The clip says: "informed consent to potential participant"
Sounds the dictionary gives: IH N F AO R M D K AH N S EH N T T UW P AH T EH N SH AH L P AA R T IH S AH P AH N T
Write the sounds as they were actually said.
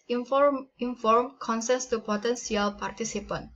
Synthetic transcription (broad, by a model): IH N F AO R M K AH N S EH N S T UW P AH T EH N S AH L P AA R T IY S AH P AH N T